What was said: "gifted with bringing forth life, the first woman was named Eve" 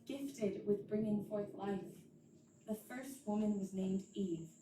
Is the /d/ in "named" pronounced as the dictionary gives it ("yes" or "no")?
yes